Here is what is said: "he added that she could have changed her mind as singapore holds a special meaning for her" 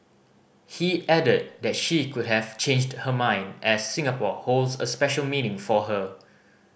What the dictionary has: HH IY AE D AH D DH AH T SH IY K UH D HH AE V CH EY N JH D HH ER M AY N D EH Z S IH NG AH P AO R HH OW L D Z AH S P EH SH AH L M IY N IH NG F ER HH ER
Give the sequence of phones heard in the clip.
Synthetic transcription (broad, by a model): HH IY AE D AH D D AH T SH IY K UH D HH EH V CH EY N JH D HH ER M AY N D EH S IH NG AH P AO HH OW L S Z AH S P EH SH AH L M IY N IH NG F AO HH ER